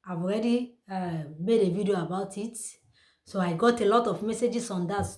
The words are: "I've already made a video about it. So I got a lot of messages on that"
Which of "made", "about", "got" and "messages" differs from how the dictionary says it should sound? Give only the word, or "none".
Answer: messages